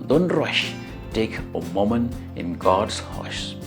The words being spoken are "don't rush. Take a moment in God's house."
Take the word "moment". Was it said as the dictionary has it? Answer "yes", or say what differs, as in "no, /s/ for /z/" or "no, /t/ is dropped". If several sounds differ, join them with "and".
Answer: no, /t/ is dropped